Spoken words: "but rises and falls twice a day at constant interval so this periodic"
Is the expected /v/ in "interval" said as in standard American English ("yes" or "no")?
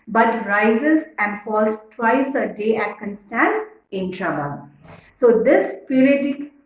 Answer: no